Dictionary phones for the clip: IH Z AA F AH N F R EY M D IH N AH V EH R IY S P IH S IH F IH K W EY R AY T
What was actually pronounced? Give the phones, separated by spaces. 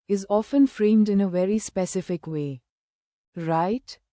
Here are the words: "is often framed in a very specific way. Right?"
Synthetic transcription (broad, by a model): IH Z AA F AH N F R EY M D IH N AH V EH R IY S P IH S IH F IH K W EY R AY T